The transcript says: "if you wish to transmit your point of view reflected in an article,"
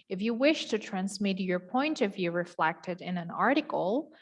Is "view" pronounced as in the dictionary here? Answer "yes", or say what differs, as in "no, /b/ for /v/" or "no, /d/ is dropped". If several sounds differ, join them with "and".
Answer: yes